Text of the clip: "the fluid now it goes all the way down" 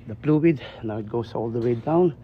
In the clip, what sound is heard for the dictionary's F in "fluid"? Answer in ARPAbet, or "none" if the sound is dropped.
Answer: P